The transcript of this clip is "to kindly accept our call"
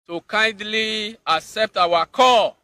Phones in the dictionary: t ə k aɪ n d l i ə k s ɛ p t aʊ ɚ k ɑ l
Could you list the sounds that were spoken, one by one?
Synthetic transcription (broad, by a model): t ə k aɪ n d l i ə k s ɛ p t aʊ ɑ k ɑ